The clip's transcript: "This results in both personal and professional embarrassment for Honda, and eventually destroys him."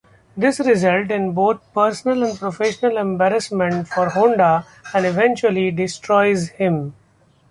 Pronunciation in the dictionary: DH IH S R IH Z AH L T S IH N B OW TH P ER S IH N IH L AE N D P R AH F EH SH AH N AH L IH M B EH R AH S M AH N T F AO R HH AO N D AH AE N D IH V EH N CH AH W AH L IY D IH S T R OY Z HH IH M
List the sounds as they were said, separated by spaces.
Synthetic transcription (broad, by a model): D IH S R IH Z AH L T IH N B OW T P ER S IH N IH L AE N D P R AH F EH SH AH N AH L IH M B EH R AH S M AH N T F AO R HH AO N D AH AE N D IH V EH N CH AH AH L IY D IH S T R OY Z HH IH M